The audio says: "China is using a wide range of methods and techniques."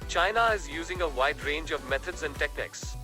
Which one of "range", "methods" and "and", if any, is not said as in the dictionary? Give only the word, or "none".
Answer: methods